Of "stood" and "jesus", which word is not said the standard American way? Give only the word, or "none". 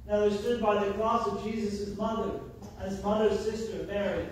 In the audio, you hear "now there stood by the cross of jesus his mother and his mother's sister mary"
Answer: none